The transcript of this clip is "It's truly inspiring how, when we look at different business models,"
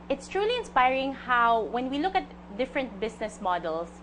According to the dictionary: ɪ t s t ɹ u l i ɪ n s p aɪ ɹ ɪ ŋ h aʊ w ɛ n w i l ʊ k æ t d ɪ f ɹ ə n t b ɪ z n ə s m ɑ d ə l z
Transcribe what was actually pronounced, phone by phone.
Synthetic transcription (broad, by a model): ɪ t s t ɹ u l i ɪ n s p aɪ ɹ ɪ ŋ h aʊ w ɛ n w i l ʊ k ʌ t d ɪ f ɹ ə n t b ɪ s n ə s m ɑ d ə l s